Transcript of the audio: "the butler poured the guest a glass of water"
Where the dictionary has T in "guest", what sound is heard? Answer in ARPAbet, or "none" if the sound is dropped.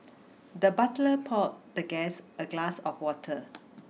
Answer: none